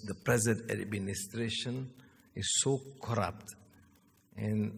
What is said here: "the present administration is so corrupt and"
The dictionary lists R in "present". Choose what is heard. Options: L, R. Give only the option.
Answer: R